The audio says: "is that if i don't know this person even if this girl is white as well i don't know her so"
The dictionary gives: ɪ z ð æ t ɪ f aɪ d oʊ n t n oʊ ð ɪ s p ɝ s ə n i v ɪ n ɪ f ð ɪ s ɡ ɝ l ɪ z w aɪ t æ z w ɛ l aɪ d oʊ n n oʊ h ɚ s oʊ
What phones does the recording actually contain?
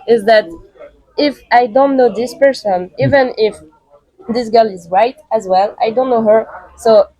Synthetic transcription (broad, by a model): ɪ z ð æ t ɪ f aɪ d oʊ n t n oʊ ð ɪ s p ɝ s ə n i v ɪ n ɪ f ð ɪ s ɡ ɝ l ɪ z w aɪ t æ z w ɛ l aɪ d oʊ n n oʊ h ɚ s oʊ